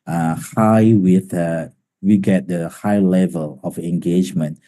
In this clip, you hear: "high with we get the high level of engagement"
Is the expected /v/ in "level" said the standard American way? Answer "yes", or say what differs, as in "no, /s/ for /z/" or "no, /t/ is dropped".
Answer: yes